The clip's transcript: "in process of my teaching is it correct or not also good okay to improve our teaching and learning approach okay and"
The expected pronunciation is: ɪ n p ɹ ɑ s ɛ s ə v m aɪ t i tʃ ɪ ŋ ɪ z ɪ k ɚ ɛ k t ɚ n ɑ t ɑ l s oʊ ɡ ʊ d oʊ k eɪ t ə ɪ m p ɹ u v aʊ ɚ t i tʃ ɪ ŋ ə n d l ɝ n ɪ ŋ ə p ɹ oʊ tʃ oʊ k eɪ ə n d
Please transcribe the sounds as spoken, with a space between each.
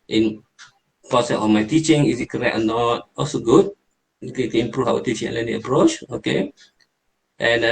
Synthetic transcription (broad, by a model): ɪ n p ɑ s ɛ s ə f m aɪ t i tʃ ɪ ŋ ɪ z ɪ k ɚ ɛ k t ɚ n ɑ t ɑ l s oʊ ɡ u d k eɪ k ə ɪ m p ɹ u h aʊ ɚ t i tʃ ɪ ŋ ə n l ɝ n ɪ ə p ɹ oʊ tʃ oʊ k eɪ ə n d